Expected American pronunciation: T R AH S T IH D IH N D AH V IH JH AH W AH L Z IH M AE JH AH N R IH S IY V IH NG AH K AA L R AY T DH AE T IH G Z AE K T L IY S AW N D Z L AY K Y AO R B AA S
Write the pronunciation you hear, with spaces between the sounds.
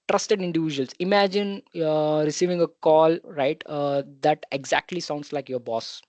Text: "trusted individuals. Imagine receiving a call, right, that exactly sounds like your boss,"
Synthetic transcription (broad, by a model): T R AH S T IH D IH N D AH V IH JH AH AH L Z IH M AE JH AH N R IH S IY V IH NG AH K AA L R AY T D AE T IH G Z AE K T L IY S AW N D S L AY K Y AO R B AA S